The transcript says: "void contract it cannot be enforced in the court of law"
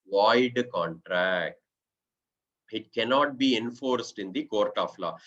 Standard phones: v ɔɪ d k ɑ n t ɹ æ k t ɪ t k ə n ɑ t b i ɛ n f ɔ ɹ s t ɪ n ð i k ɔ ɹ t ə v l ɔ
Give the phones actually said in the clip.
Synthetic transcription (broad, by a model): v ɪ d k ɑ n t ɹ æ k t ɪ t k ə n ɑ t b i ɛ n f ɔ ɹ s t ɪ n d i k ɔ ɹ t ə f l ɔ